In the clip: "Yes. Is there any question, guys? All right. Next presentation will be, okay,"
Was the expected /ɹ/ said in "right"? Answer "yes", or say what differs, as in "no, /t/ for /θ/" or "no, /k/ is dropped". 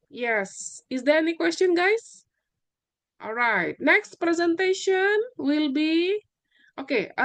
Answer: yes